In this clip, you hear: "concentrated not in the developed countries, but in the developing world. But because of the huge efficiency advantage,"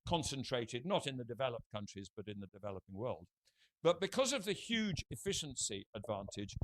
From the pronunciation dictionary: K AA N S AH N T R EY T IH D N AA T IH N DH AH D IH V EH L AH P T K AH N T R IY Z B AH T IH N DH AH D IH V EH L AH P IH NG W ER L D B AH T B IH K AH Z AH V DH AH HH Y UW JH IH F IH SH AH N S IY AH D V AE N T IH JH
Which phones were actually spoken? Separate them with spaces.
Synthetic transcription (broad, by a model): K AA N S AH N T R EY T IH D N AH T IH N DH AH D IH V EH L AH P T K AH N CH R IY Z B AH T IH N DH AH D IH V EH L AH P IH NG W ER L D B AH T B IH K AH Z AH V DH AH HH Y UW JH IH F IH SH AH N S IY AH D V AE N T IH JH